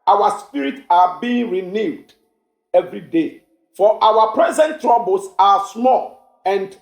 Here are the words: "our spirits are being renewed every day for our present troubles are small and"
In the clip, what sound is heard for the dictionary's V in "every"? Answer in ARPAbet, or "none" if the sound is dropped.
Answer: V